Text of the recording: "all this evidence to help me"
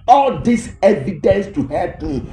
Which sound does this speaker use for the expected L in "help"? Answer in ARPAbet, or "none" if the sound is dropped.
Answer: none